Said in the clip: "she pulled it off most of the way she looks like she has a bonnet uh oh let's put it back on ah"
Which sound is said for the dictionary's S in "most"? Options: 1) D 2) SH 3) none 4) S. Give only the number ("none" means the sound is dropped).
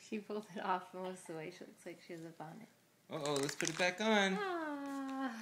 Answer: 3